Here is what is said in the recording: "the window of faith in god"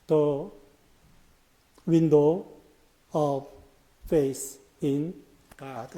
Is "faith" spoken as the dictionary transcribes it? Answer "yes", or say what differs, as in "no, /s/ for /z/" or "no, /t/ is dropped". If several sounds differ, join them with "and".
no, /s/ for /θ/